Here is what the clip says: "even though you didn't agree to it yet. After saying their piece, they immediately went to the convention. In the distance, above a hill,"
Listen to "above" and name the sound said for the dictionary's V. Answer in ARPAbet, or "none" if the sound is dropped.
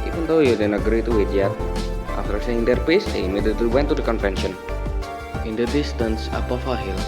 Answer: F